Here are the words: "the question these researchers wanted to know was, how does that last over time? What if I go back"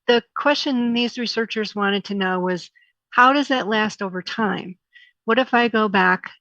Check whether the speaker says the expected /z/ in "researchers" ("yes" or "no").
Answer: yes